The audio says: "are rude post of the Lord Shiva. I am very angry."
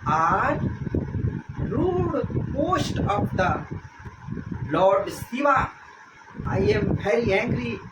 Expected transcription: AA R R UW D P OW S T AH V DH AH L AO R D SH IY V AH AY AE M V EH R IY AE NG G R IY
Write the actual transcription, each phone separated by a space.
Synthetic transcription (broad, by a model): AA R R UW D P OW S T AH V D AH L AO R D S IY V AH AY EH M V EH R IY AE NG G R IY